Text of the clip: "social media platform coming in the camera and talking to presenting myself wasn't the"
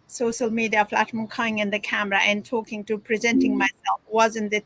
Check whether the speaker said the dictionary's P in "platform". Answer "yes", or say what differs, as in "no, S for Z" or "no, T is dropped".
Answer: no, F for P